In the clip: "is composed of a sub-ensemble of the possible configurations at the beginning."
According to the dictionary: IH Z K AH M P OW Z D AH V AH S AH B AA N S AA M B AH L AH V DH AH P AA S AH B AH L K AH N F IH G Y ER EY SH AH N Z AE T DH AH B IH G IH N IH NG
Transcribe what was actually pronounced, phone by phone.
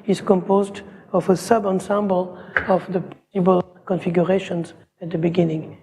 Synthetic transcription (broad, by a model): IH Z K AH M P OW Z D AH V AH S AH B AA N S AA M B AH L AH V DH AH P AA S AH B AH L K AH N F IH G Y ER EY SH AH N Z AE T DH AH B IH G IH N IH NG